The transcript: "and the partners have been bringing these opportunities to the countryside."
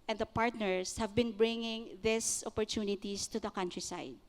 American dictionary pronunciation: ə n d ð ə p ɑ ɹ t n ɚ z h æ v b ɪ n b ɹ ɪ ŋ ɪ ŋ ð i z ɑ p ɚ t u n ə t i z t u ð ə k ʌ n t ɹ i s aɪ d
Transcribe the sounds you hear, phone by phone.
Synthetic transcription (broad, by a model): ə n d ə p ɑ ɹ t n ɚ s h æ v b ɪ n b ɹ ɪ ŋ ɪ ŋ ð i s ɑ p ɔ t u n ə t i s t u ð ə k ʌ n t ɹ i s aɪ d